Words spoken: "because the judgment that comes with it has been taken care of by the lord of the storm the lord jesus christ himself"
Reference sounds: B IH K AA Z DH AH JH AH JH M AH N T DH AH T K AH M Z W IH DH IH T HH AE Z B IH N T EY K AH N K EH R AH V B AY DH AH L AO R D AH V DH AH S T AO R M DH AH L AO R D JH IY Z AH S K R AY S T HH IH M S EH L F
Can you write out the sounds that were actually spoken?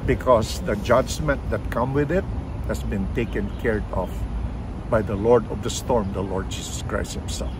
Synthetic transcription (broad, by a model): B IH K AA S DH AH JH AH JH M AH N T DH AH T K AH M W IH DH IH T HH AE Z B IH N T EY K AH N K EH R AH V B AY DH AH L AO R D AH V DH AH S T AO R M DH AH L AO R D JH IY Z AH S K R AY S T HH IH M S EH L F